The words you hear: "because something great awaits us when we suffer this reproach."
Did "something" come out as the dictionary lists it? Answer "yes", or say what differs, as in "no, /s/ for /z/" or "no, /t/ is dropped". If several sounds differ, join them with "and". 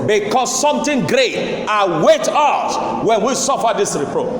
no, /t/ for /θ/